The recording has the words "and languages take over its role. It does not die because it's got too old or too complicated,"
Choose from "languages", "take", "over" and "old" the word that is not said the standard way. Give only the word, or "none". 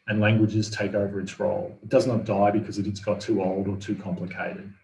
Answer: none